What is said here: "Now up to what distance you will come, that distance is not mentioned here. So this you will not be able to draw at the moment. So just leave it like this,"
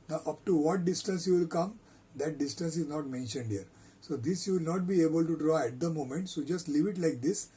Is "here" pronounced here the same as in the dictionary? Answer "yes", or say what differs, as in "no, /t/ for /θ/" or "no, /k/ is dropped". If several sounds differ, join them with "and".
yes